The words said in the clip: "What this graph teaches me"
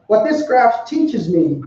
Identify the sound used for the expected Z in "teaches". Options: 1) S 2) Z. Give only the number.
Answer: 2